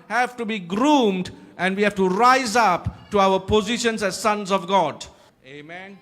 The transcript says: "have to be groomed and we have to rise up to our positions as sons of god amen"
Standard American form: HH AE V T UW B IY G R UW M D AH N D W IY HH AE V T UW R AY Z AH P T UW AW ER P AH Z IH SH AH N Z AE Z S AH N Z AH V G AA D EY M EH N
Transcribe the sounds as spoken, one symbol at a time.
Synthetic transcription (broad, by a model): HH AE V T UW B IY G R UW M D AH N D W IY HH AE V T UW R AY Z AH P T UW AW ER P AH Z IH SH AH N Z AE Z S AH N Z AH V G AA D EY M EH N